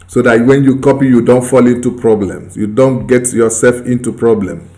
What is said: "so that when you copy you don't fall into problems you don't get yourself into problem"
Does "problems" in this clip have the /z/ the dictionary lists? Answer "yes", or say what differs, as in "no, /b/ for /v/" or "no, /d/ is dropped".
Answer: no, /s/ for /z/